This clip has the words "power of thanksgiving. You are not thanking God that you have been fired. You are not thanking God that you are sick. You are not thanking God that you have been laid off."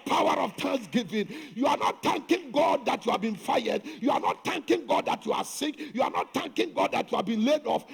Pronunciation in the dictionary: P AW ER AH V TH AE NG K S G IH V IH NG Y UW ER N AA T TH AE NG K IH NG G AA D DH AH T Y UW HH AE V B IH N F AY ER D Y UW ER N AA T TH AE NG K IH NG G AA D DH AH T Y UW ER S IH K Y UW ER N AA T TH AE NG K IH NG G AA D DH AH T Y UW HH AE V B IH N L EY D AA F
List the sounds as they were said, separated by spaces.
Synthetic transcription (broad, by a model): P AW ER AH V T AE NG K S G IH V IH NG Y UW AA N AA T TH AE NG K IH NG G AA D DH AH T Y UW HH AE V B IH N F AY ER D Y UW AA N AA T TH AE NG K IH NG G AA D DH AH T Y UW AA S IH K Y UW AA N AA T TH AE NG K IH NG G AA D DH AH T Y UW HH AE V B IH N L EY D AA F